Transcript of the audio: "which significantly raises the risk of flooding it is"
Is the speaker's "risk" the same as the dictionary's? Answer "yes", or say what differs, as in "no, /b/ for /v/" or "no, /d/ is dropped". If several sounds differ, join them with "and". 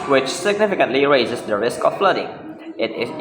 yes